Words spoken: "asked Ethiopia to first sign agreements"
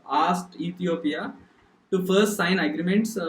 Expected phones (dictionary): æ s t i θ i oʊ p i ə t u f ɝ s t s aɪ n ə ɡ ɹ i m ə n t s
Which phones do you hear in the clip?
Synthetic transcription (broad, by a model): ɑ s t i t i oʊ p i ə t u f ɝ s t s aɪ n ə ɡ ɹ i m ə n t s